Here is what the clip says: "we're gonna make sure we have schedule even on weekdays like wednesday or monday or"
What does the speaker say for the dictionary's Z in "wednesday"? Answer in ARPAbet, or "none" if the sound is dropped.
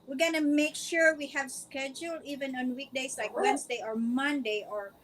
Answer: S